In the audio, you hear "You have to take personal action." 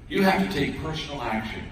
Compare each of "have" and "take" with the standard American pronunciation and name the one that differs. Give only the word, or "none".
have